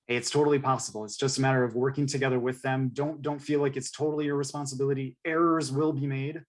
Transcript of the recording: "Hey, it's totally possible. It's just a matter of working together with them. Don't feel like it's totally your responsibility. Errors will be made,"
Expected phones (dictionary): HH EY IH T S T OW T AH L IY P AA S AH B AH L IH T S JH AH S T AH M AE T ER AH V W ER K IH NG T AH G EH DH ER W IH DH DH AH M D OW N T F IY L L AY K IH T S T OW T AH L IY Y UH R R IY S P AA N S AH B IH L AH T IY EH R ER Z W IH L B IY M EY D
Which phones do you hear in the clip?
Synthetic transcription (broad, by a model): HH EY IH T S T OW T L IY P AA S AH B L IH T S JH AH S T AH M AE T ER AH V W ER K IH NG T AH G EH DH ER W IH DH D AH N D OW N T F IY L L AY K IH T S T OW T L IY Y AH R R IY S P AA N S AH B IH L AH T IY EH R ER Z W IH L B IY M EY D